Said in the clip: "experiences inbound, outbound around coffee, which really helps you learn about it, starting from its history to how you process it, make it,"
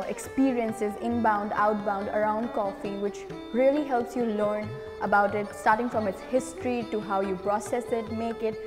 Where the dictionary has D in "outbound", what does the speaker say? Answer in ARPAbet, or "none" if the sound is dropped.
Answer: D